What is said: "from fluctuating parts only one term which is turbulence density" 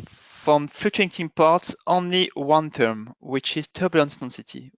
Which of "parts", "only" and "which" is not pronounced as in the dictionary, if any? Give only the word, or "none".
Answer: none